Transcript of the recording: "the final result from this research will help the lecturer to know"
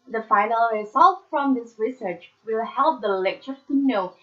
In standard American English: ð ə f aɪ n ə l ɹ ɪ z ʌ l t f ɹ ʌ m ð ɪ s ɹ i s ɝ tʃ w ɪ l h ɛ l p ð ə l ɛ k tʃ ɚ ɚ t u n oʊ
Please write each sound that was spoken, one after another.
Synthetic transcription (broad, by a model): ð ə f aɪ n ə l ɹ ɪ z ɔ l f ɹ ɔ m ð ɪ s ɹ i s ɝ tʃ w ɪ l h ɛ l p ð ə l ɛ k tʃ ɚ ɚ t u n oʊ